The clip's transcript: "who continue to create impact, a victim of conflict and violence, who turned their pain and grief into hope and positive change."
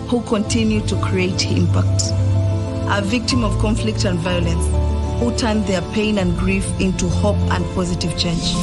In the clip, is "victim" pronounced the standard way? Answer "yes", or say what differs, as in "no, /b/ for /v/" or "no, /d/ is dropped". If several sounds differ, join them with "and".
yes